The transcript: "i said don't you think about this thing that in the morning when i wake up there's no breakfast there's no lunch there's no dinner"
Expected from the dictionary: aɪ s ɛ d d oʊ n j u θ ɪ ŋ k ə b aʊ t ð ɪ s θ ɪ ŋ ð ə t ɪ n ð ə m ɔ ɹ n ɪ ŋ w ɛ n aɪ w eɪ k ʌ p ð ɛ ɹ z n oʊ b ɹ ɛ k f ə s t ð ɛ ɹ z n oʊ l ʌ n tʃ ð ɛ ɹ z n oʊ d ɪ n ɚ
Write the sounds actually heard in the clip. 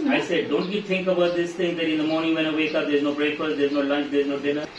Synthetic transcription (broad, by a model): aɪ s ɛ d d oʊ n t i t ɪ ŋ k ə b aʊ t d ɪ s t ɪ ŋ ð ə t ɪ n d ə m ɔ ɹ n ɪ ŋ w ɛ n aɪ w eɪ k ʌ p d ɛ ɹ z n oʊ b ɹ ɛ k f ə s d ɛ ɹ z n oʊ l ʌ n tʃ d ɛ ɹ z n oʊ d ɪ n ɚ